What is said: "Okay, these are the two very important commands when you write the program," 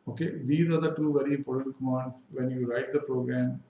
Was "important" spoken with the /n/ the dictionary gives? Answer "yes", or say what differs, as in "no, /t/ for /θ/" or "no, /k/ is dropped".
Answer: no, /n/ is dropped